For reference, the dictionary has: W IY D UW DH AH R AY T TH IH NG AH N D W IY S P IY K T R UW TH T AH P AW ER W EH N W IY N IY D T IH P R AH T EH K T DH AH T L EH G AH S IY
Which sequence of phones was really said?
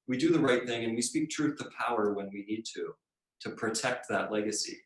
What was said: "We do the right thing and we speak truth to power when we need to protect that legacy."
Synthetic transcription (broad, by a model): W IY D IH DH AH R AY T TH IH NG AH N W IY S P IY K T R UW TH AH P AW ER W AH N W IY N IY D T IH P R AH T EH K T DH AH T L EH G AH S IY